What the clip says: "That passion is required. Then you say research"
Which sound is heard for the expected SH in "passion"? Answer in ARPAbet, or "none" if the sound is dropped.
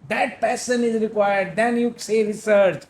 S